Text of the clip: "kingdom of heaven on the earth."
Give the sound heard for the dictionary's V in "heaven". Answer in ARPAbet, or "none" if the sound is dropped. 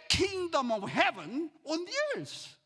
V